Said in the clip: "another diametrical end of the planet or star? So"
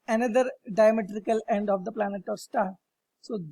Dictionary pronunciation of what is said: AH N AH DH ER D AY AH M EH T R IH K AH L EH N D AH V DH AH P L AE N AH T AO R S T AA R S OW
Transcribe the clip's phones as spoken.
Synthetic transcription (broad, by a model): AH N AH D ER D AY AH M EH T R IH K AH L EH N D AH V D AH P L AE N AH T AO R S T AA R S OW